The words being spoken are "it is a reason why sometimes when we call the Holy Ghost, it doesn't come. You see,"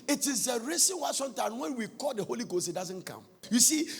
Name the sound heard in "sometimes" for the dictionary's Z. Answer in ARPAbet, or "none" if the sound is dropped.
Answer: none